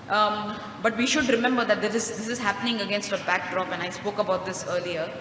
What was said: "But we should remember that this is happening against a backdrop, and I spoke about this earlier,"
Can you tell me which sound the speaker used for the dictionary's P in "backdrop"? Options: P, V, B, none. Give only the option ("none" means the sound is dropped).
P